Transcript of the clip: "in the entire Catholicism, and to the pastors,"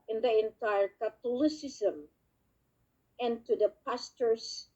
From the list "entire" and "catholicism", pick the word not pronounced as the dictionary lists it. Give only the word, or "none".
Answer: catholicism